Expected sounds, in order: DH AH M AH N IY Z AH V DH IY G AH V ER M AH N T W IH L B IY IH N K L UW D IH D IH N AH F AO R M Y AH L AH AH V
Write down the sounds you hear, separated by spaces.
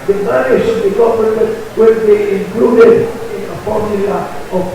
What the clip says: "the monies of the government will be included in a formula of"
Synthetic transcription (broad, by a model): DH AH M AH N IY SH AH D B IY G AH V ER AH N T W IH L B IY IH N K L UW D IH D IH N AH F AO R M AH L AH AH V